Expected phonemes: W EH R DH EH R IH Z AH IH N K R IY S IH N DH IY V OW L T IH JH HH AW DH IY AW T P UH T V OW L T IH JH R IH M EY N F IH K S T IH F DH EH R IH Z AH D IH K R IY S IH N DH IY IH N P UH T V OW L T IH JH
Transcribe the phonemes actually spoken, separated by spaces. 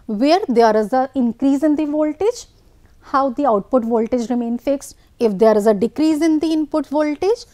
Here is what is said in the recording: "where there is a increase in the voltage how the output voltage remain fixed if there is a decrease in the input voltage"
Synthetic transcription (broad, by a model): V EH R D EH R IH Z AH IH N K R IY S IH N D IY V OW L T IH JH HH AW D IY AW T P UH T V OW L T IH JH R IH M EY N F IH K S T IH F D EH R IH Z AH D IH K R IY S IH N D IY IH N P UH T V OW L T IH JH